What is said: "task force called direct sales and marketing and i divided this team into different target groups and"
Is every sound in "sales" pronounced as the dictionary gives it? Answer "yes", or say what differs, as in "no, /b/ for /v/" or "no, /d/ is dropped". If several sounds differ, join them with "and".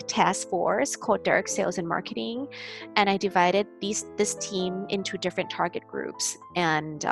yes